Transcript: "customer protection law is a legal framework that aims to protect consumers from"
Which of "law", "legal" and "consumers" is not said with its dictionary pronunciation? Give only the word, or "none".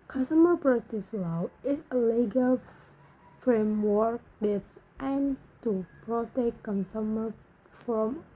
consumers